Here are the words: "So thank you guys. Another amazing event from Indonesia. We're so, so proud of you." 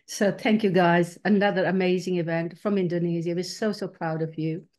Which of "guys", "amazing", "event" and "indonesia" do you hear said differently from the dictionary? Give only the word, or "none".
indonesia